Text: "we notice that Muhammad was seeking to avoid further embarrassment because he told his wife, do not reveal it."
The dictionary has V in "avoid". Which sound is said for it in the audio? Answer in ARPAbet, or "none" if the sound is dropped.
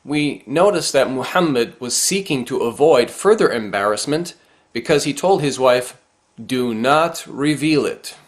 V